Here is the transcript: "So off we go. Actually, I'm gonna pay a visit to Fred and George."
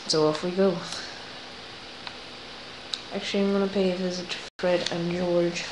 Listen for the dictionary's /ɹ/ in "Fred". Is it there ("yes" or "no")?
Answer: yes